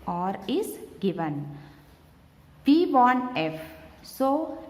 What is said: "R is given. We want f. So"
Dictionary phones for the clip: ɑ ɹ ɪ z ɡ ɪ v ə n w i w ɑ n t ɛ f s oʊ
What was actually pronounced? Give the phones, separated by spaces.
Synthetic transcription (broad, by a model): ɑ ɹ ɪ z ɡ ɪ v ə n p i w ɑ n ɛ f s oʊ